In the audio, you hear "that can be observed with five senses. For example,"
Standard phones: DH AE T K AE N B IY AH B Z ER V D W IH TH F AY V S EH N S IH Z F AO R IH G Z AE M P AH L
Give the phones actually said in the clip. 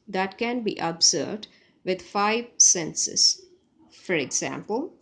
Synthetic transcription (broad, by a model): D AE T K AE N B IY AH B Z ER D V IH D F AY V S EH N S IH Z F AO R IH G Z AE M P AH L